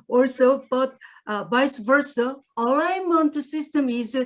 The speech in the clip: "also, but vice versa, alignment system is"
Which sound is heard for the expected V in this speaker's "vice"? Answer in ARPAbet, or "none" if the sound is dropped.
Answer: B